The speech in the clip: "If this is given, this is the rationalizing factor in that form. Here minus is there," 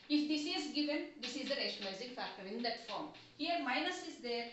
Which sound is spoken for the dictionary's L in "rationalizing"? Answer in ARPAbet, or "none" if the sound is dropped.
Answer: none